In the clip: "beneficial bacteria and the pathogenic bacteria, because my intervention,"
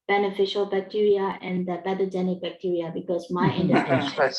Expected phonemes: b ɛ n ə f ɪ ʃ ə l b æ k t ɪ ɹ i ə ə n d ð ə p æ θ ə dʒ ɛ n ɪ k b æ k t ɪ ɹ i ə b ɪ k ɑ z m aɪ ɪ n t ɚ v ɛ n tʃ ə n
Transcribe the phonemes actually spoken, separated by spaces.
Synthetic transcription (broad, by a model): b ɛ n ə f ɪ ʃ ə l b æ k t ɪ ɹ i ə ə n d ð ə b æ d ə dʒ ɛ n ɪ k b æ k t ɪ ɹ i ə b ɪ k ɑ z m aɪ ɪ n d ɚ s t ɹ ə